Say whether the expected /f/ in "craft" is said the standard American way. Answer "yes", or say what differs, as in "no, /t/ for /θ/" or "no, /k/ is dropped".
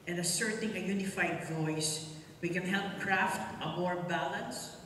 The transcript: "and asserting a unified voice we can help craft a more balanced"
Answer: yes